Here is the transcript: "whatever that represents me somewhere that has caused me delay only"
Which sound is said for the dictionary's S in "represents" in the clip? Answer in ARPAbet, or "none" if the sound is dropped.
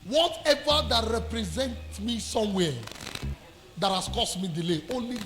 none